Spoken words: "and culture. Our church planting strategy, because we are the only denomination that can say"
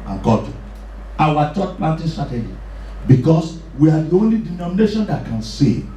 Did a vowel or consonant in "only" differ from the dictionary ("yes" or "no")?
no